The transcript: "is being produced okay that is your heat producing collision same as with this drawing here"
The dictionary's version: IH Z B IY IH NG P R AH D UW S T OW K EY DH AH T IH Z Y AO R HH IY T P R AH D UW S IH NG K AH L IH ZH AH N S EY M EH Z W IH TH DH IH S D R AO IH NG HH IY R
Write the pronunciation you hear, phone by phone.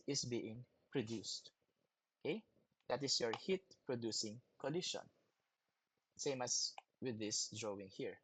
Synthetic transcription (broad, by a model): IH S B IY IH NG P R AH D UW S T OW K EY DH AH T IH S Y AO R HH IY T P R AH D UW S IH NG K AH L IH SH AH N S EY M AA S W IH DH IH S D R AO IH NG HH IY R